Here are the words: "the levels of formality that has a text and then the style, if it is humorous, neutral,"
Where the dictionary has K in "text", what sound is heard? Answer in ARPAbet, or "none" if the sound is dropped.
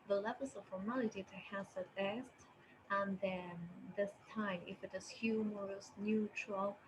none